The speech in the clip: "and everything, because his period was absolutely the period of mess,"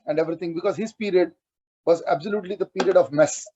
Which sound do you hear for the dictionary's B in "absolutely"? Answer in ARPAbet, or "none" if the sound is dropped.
B